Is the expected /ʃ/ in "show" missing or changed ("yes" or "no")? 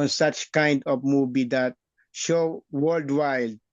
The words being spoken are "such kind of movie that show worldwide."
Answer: no